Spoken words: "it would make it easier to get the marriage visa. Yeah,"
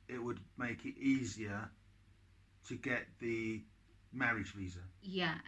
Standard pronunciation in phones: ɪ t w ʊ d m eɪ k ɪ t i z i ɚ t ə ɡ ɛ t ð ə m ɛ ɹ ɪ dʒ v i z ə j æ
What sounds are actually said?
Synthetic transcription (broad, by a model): ɪ t w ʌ d m eɪ k ɪ t i z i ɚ t ə ɡ ɛ t ð ə m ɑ ɹ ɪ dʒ v i z ə j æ